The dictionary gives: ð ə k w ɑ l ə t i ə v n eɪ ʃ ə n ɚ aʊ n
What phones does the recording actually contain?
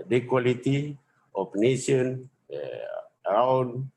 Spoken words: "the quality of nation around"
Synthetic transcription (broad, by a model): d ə k w ɑ l ə t i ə p n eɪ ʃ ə n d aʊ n